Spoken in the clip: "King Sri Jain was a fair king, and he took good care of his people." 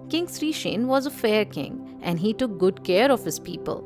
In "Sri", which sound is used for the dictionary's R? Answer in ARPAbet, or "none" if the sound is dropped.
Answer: R